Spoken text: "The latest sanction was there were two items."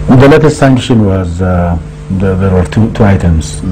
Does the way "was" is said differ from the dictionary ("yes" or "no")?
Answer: no